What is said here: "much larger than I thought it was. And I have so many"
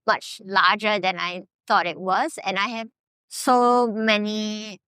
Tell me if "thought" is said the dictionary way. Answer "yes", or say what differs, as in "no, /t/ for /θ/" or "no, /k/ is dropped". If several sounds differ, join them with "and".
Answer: no, /t/ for /θ/